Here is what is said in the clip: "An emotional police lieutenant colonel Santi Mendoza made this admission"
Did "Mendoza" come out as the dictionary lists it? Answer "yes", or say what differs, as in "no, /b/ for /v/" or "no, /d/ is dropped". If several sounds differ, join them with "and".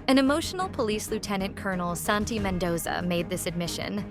yes